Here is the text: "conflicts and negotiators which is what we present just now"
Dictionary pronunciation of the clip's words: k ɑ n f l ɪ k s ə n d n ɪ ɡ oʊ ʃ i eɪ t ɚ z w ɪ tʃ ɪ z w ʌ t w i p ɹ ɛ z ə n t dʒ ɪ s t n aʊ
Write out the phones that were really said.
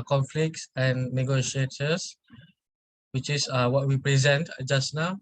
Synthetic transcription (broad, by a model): k ɑ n f l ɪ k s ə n n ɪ ɡ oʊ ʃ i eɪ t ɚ s w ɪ tʃ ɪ s w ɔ t w i p ɹ ɛ z ə n t dʒ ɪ s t n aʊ